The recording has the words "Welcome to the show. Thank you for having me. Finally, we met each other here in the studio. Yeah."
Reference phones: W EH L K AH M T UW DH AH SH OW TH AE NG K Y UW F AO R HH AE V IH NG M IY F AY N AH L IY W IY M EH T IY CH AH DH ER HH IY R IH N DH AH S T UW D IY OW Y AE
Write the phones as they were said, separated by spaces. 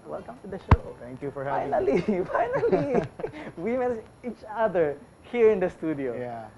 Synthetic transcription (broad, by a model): W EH L K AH M T UW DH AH SH OW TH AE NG K Y UW F AO R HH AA IH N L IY F AY N AH L IY W IY M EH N IY CH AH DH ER HH IY R IH N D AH S T UW D IY OW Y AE